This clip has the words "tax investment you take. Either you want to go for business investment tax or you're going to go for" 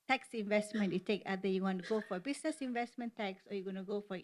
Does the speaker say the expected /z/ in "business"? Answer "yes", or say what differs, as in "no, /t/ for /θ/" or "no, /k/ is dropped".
no, /s/ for /z/